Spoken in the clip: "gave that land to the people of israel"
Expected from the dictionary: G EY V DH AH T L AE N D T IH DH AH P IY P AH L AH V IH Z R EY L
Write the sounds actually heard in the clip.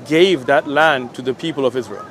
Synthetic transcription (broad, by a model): G EY V DH AH T L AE N T IH DH AH P IY P AH L AH V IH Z R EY L